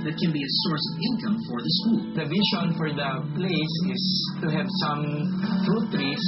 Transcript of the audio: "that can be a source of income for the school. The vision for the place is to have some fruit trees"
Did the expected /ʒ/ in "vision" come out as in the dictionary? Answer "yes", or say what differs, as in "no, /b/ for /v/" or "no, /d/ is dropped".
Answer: no, /ʃ/ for /ʒ/